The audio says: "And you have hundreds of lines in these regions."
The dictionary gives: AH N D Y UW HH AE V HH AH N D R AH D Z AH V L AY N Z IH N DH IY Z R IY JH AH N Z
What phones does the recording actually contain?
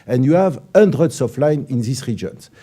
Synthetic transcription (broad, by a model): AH N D Y UW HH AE V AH N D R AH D S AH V L AY N IH N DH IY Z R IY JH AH N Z